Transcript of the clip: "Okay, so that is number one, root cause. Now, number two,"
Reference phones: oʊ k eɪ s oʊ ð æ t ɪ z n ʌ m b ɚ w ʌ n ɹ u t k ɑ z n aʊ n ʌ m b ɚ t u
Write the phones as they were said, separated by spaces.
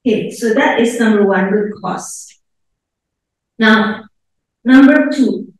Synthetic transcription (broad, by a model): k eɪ s oʊ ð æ t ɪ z n ʌ m b ɚ w ʌ n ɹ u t k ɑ s n aʊ n ʌ m b ɚ t u